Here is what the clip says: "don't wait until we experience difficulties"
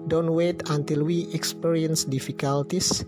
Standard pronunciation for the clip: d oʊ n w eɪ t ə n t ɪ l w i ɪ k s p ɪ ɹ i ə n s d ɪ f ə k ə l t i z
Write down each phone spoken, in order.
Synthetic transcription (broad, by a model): d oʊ n w eɪ t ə n t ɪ l w i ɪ k s p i ɹ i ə n s d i f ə k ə l t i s